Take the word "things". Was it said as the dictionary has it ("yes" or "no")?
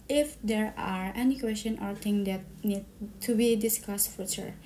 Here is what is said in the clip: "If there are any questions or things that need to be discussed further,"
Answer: no